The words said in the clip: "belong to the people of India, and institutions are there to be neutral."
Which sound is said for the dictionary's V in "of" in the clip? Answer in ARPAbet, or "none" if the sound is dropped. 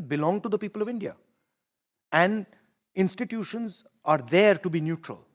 V